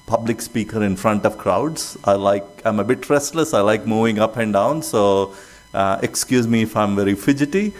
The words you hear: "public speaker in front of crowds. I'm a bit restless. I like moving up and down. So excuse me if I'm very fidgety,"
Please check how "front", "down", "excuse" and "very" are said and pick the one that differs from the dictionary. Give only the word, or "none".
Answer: none